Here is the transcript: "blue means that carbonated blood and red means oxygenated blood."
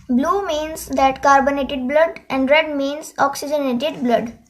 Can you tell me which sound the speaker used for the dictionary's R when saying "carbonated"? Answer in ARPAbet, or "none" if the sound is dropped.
R